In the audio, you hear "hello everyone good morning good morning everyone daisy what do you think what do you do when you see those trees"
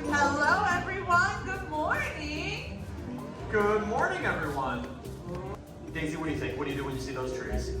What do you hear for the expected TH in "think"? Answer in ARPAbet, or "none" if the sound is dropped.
T